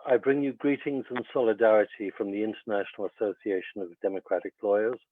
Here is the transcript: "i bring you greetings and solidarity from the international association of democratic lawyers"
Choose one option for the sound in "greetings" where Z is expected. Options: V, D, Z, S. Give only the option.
Z